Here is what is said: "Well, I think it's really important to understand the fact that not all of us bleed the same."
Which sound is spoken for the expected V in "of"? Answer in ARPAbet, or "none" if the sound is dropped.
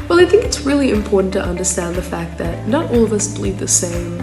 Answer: V